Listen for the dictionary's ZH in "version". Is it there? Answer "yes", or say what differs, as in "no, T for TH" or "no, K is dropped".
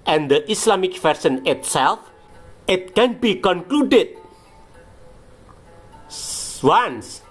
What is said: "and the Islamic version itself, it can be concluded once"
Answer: no, S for ZH